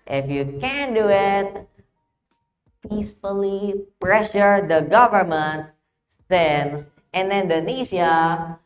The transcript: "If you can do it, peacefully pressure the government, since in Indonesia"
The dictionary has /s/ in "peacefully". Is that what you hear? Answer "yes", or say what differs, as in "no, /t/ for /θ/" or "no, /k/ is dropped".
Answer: yes